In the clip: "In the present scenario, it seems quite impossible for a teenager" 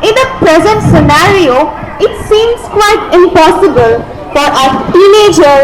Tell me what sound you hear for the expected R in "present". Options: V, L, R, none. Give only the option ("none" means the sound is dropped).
R